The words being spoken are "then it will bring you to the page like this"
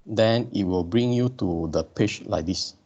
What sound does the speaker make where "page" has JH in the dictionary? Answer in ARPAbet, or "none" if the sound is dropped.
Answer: CH